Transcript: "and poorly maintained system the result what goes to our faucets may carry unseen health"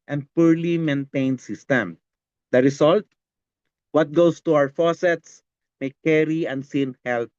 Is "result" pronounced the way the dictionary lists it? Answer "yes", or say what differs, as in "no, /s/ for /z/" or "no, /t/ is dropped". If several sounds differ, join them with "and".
no, /s/ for /z/